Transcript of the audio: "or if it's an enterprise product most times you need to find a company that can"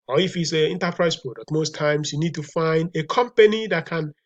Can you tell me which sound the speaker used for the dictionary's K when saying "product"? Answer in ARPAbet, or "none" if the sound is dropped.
none